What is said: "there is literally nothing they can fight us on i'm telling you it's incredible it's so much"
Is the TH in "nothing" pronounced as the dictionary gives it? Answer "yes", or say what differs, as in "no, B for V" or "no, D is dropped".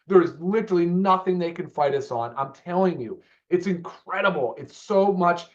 yes